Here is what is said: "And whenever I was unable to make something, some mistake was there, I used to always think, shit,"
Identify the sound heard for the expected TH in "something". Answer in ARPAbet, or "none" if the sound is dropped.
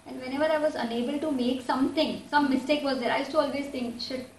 T